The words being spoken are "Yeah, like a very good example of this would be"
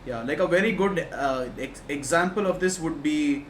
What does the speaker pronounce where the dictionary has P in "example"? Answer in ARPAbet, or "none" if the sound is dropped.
P